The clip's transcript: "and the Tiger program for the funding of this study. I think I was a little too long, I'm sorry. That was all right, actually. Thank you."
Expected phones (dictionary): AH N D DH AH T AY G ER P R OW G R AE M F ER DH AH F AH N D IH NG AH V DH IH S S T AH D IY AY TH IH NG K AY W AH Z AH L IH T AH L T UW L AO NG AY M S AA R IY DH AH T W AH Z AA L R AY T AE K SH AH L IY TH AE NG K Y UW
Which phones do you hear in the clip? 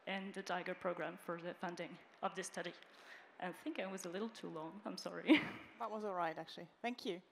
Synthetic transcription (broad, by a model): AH N DH AH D AY G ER P R OW G R AE M F ER DH AH F AH N D IH NG AH V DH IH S S T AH D IY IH TH IH NG K AY W AH Z AH L IH T L T UW L AO NG AY M S AA R IY DH AH T W AH Z AA L R AY T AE K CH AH L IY TH AE NG K Y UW